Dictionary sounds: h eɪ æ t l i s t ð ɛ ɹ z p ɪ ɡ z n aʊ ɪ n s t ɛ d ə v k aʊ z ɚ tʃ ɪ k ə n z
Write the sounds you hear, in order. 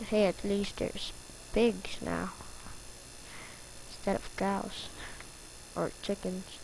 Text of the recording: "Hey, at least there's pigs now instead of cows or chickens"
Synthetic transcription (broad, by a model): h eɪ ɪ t l i s t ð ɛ ɹ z b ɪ ɡ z n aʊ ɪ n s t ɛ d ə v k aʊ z ɚ tʃ ɪ k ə n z